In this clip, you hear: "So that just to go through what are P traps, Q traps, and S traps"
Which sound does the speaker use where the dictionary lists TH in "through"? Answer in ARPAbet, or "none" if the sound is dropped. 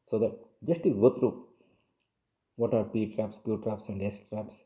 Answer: T